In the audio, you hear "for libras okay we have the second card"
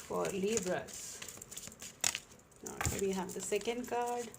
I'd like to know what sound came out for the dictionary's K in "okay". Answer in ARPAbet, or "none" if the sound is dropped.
none